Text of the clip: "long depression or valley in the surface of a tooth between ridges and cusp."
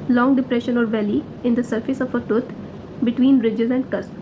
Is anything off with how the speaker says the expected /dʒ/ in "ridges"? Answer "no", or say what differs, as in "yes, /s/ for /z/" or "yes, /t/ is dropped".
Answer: no